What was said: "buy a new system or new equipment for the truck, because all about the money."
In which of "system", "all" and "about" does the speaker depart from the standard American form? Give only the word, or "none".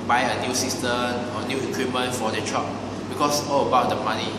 system